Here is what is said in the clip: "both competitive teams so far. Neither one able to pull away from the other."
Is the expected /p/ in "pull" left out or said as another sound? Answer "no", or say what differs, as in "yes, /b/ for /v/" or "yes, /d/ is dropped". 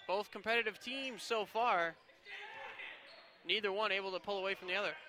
no